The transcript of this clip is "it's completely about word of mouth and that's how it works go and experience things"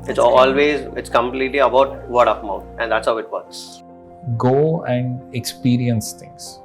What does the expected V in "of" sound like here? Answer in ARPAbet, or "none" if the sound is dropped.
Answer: P